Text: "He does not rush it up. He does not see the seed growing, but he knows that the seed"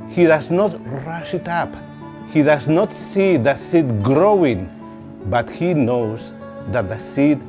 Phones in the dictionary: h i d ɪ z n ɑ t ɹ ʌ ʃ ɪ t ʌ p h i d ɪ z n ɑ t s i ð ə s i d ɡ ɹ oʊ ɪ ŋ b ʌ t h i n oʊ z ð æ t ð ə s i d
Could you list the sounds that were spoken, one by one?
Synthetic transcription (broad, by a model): h i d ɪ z n ɑ t ɹ ʌ ʃ ɪ t ʌ p h i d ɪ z n ɑ t s i ð ə s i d ɡ ɹ oʊ ɪ ŋ b ʌ t h i n oʊ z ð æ t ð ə s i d